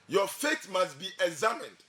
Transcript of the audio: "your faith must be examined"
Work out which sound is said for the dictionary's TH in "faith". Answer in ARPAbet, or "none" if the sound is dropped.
T